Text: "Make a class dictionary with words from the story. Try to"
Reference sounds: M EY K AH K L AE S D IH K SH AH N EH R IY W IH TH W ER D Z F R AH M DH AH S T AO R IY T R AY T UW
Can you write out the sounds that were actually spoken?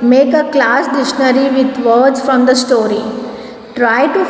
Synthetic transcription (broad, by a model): M EY K AH K L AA S D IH SH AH N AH R IY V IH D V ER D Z F R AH M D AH S T AO R IY T R AY T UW